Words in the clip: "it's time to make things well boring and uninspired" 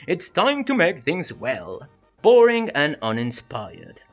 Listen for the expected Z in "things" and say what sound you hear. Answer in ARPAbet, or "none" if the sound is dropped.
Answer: Z